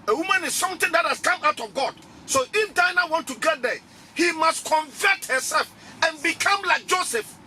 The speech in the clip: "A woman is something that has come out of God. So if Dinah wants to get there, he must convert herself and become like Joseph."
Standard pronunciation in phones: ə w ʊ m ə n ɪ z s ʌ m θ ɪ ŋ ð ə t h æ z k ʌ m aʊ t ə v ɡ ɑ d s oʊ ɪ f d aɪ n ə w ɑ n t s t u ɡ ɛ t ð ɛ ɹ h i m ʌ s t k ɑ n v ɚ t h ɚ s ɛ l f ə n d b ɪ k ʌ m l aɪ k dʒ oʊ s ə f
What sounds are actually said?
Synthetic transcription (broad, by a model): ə w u m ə n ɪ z s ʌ m t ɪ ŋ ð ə t h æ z k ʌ m aʊ t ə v ɡ ɑ d s oʊ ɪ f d aɪ n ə w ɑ n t t u ɡ ɛ t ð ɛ h i m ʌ s t k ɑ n v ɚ t h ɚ s ɛ l f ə n b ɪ k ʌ m l aɪ k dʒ oʊ s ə f